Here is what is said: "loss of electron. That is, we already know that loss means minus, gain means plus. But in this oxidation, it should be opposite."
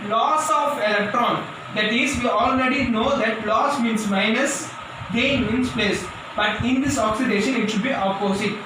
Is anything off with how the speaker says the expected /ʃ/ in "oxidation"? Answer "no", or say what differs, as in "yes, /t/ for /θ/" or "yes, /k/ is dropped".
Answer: no